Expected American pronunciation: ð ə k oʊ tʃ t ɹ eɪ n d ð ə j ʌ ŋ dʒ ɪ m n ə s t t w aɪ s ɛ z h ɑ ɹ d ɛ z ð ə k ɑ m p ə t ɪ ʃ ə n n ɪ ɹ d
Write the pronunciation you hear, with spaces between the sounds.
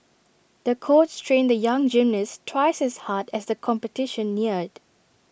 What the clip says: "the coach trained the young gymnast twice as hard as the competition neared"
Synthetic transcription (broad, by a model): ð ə k oʊ s t ɹ eɪ n d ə j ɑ ŋ dʒ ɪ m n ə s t t w aɪ s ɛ s h ɑ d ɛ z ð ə k ɑ m p ə t ɪ ʃ ə n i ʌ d